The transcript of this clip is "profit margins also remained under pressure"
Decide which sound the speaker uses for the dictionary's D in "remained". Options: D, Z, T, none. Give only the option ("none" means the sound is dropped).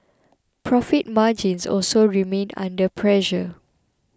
none